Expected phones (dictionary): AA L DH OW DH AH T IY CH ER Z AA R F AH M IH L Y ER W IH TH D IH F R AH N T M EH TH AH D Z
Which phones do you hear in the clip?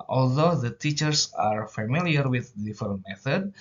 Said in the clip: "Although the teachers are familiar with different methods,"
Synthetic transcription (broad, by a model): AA L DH OW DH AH T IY CH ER S AA R F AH M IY L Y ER W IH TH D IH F AH T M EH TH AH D